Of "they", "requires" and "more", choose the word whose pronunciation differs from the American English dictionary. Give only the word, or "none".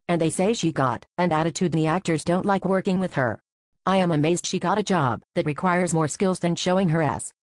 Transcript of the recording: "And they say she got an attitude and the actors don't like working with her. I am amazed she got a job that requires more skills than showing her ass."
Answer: none